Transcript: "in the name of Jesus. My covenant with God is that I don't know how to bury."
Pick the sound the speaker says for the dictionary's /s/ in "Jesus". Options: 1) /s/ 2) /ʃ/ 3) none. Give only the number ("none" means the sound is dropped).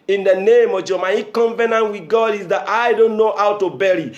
3